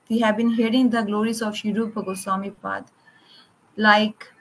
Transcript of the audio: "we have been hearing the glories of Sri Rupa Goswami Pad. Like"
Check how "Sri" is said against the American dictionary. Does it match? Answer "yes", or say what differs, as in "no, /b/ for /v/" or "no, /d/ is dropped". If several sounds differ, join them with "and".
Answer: no, /ɹ/ is dropped